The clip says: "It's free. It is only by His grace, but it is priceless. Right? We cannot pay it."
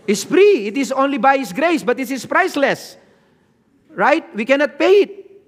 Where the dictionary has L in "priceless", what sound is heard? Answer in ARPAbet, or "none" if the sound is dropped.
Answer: L